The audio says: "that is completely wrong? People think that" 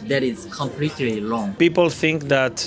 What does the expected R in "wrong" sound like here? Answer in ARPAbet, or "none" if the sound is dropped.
L